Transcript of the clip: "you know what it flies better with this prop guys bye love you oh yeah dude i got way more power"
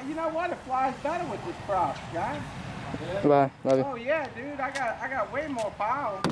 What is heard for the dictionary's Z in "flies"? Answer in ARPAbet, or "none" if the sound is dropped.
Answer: Z